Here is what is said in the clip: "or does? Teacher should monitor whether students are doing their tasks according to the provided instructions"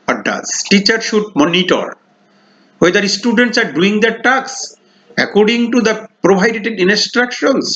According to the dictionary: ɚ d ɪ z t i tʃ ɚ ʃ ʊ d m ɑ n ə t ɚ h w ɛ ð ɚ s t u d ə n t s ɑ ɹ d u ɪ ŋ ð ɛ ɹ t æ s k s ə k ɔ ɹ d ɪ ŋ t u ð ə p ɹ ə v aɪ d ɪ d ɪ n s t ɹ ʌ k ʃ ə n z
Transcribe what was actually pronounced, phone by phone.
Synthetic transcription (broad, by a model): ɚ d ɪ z t i tʃ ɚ ʃ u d m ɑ n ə t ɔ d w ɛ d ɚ s t u d ə n t s ɑ ɹ d u ɪ ŋ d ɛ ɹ t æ k s ə k ɔ ɹ d ɪ ŋ t u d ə p ɹ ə b aɪ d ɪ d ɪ n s t ɹ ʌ k ʃ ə n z